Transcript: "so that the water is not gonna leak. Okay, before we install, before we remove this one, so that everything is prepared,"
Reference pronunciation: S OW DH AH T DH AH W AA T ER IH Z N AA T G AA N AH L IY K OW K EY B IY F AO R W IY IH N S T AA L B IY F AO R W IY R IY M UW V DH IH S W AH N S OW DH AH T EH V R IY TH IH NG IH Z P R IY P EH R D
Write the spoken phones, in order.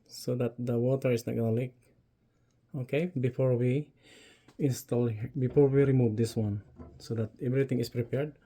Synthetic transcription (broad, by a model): S OW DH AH T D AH W AA T ER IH S N AA T G AA N AH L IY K OW K EY B IY F AO R W IY IH N S T AA L B IY F AO R W IY R IY M UW V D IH S W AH N S OW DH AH T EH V R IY T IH NG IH S P R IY P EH R D